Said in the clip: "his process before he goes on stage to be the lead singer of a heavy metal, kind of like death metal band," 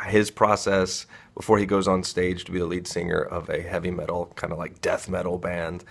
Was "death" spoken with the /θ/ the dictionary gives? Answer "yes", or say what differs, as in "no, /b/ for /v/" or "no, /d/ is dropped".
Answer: yes